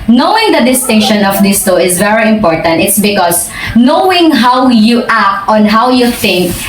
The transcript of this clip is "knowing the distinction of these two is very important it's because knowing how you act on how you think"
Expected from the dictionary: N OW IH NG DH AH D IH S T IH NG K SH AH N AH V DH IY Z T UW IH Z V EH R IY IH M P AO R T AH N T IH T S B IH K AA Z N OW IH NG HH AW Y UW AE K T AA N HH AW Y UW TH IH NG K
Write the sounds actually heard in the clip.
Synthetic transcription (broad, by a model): N OW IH NG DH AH D IH S T IH NG K SH AH N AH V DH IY S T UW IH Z V EH R IY IH M P AO R T AH N T IH T S B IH K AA S N OW IH NG HH AW Y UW AE K T AA N HH AW Y UW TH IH NG K